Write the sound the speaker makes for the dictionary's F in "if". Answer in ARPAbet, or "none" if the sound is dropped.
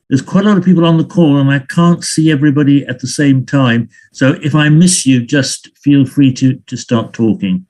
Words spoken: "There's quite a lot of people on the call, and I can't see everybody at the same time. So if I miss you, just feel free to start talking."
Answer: F